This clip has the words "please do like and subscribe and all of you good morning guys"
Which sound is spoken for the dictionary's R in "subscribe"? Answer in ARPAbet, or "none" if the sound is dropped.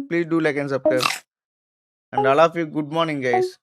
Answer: none